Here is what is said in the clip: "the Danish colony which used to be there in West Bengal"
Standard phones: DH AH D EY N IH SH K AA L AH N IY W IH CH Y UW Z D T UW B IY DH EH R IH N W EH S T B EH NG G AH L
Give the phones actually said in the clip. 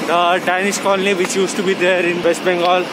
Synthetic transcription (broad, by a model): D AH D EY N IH S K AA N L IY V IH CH Y UW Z T UW B IY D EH R IH N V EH S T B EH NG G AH L